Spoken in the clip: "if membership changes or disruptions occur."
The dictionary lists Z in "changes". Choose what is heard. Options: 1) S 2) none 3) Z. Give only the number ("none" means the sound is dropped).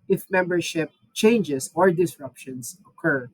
1